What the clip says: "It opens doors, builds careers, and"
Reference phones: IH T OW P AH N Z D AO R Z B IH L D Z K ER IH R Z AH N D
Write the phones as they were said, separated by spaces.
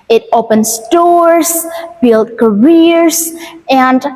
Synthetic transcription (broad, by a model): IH T OW P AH N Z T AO R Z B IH L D K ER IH R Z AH N D